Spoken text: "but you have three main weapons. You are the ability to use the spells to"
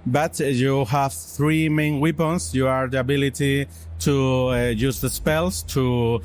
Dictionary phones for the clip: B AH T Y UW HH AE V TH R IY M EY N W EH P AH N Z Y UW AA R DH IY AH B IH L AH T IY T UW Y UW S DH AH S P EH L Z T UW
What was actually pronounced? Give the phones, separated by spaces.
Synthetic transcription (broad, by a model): B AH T Y UW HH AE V TH R IY M EY N W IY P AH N S Y UW AA R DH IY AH B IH L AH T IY T UW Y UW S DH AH S P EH L S T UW